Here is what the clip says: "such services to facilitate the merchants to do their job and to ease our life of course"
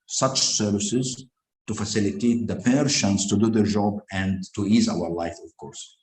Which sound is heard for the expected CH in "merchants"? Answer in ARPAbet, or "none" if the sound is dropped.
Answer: SH